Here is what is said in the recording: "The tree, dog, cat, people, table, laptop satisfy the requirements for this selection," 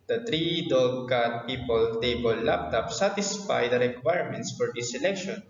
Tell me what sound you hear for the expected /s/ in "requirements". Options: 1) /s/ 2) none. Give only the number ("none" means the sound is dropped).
1